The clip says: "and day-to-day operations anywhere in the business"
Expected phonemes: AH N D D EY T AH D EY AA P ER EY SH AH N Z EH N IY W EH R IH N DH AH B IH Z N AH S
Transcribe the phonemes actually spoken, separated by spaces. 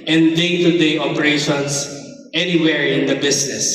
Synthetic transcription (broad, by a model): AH N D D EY T AH D EY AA P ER EY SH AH N S EH N IY W EH R IH N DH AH B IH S N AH S